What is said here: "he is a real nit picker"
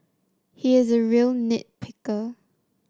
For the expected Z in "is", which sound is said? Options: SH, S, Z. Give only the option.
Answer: Z